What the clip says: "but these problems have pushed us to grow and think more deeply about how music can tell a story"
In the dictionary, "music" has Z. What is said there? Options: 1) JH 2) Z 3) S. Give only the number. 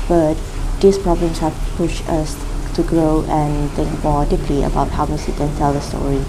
3